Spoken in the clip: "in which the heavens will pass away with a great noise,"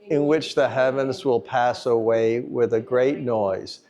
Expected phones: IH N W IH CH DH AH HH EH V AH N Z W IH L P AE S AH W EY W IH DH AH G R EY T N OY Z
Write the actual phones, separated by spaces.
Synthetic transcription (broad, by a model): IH N W IH CH DH AH HH EH V AH N Z W IH L P AE S AH W EY W IH DH AH G R EY T N OY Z